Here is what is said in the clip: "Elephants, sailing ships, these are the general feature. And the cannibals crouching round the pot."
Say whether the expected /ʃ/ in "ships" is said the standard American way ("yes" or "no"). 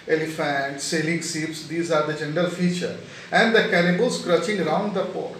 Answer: no